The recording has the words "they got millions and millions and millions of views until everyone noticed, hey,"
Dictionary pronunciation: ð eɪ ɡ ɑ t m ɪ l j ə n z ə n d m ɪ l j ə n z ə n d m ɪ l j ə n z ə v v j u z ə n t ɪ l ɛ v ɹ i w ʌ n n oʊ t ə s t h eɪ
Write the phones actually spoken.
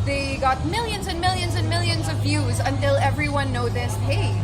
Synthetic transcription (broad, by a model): ð eɪ ɡ ɑ t m ɪ l j ə n z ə n m ɪ l j ə n z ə n m ɪ l j ə n z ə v v j u z ə n t ɪ l ɛ v ɹ i w ʌ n n oʊ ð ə s h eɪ